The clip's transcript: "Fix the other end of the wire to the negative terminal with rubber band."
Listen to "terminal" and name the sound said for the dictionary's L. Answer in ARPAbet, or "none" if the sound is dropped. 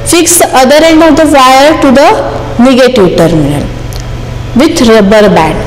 L